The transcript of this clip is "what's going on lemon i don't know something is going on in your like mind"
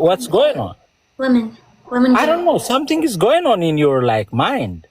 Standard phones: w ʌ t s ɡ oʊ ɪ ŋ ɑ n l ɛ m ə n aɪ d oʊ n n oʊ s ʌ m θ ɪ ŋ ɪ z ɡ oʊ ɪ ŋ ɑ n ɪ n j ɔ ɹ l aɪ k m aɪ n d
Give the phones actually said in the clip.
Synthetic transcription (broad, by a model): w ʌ t s ɡ oʊ ɪ ŋ ɑ n w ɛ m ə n aɪ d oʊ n n oʊ s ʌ m t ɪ ŋ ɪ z ɡ oʊ ɪ ŋ ɑ n ɪ n j ɔ ɹ l aɪ k m aɪ n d